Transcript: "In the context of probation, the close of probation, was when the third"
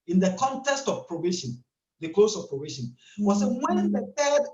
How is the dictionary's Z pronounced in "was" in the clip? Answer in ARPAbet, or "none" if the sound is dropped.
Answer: S